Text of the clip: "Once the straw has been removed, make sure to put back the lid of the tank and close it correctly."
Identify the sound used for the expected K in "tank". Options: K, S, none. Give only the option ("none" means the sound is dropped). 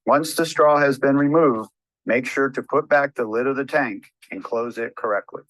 K